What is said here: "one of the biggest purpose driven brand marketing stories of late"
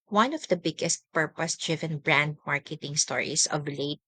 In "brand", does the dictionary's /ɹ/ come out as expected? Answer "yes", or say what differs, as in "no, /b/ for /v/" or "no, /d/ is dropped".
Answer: yes